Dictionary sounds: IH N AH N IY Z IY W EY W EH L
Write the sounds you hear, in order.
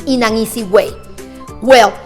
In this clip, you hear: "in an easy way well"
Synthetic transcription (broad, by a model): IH N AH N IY S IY W EY W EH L